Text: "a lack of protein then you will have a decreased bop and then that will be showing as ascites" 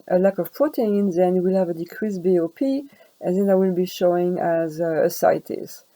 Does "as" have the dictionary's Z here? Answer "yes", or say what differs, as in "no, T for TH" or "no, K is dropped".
yes